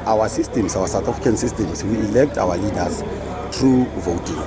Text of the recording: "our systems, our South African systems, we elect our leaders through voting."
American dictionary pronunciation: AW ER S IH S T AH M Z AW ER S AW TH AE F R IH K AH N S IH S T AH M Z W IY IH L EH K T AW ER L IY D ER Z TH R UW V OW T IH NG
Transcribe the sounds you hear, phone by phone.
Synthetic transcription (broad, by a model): AW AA S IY S T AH M S AW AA S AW T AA F IH K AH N S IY S T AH M S W IY IH L EH K T AW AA L IY D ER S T R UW V OW T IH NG